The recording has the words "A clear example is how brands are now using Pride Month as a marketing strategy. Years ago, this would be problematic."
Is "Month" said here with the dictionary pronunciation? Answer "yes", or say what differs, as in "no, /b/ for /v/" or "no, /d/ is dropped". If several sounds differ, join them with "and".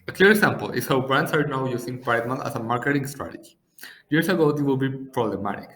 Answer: no, /t/ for /θ/